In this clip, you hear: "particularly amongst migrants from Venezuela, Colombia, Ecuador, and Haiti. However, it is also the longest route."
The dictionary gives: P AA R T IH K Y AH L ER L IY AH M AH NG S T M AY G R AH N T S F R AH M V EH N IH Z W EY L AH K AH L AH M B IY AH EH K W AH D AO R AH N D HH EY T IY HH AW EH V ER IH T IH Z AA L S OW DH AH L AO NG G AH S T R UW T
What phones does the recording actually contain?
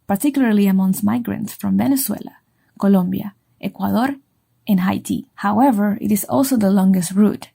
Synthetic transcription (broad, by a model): P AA R T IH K Y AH L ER L IY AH M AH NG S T M AY G R AH N T S F R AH M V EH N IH S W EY L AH K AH L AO M B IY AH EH K W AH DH AO R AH N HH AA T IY HH AW EH V ER IH T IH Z AA L S OW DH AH L AO NG G AH S T R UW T